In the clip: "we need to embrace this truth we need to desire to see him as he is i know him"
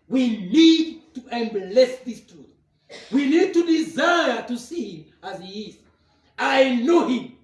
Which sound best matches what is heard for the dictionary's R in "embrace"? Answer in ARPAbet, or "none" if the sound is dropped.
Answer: L